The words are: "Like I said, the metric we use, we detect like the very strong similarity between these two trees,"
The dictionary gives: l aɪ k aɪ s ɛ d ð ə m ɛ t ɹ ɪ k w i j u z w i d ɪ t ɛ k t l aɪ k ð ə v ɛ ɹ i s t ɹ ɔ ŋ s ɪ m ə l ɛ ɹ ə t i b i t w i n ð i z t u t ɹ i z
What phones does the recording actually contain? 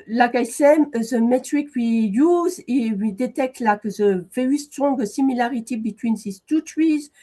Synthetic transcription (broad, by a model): l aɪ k aɪ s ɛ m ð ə m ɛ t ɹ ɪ k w i j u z w i d ɪ t ɛ k t l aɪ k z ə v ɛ i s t ɔ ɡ s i m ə l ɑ ɹ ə t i b i t w i n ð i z t u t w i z